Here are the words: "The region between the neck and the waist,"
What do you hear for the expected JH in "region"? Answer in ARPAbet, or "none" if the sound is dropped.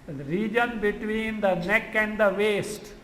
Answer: JH